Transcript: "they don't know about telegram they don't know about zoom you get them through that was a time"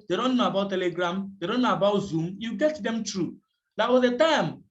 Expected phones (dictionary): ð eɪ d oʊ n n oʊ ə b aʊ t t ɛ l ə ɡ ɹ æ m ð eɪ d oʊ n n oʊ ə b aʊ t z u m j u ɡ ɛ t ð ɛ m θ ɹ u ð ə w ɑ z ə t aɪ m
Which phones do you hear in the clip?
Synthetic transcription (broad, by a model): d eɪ d oʊ n n oʊ ə b aʊ t t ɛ l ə ɡ ɹ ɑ m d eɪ d oʊ n n oʊ ə b aʊ t z u m j u ɡ ɛ t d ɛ m t ɹ u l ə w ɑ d ə t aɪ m